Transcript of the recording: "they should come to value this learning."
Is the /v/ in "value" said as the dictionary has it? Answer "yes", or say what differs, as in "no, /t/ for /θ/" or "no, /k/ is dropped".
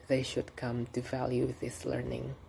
yes